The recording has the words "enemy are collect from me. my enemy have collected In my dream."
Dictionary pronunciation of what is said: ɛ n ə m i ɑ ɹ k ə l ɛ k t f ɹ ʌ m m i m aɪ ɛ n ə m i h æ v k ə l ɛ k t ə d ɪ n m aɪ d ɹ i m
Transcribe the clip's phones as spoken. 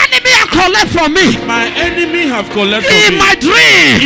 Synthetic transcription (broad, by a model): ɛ n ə m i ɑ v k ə l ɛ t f ɹ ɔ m m i m aɪ ɛ n ə m i h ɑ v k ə l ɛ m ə ɪ d ɹ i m